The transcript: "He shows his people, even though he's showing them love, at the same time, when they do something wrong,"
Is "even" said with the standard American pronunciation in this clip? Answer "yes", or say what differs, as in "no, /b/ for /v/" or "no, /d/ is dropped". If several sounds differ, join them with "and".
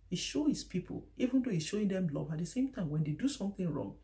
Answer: yes